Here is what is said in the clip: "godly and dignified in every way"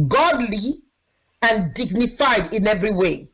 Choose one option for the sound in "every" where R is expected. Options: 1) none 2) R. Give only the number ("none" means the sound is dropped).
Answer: 2